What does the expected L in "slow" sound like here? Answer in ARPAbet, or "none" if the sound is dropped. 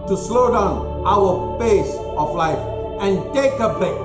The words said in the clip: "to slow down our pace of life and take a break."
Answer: L